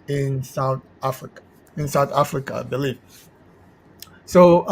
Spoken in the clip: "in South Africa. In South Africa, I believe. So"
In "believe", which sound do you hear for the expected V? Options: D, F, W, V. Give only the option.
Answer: F